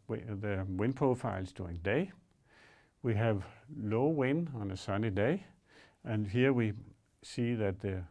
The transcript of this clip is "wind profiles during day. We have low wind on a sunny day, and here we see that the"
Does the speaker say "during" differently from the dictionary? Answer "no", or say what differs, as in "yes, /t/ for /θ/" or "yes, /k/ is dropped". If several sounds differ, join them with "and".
yes, /ɹ/ is dropped